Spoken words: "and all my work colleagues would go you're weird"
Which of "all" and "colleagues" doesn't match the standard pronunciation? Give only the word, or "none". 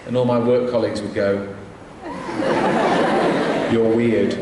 none